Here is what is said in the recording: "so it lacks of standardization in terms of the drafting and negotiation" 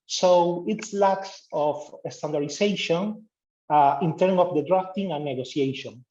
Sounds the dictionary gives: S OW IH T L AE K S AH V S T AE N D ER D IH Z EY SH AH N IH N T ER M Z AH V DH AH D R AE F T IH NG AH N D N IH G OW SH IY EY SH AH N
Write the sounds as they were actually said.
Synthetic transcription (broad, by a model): S OW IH T L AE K S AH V S T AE N D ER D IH S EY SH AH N IH N T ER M AH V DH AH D R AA F T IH NG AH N N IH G OW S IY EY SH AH N